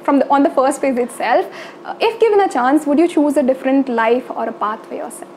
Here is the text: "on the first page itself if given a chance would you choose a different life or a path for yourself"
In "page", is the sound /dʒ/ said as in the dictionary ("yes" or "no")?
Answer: no